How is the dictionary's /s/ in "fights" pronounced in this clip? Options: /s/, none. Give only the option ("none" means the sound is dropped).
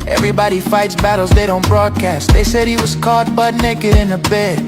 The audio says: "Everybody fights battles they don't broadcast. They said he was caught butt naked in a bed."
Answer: /s/